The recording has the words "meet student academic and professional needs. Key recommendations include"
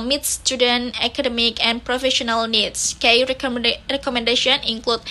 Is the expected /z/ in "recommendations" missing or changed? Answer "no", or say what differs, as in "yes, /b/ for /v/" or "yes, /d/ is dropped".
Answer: yes, /z/ is dropped